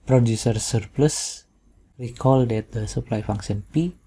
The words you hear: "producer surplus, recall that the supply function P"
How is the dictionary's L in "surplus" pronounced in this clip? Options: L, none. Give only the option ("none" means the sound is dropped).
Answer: L